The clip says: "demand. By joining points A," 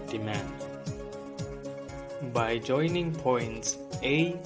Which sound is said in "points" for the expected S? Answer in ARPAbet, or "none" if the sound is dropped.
S